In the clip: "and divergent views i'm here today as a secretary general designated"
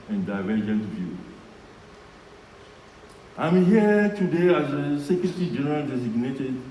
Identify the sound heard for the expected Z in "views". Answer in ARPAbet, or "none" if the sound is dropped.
none